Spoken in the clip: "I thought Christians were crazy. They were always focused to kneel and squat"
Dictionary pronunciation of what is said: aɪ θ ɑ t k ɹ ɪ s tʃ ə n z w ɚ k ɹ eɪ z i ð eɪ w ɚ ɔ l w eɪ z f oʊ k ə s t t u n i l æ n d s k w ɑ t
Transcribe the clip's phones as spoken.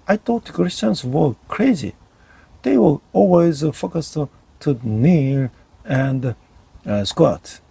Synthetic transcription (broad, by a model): aɪ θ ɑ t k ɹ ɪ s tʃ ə n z w ɚ k ɹ eɪ z i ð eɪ w ɚ ɔ l w eɪ z f oʊ k ə s t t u n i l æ n d s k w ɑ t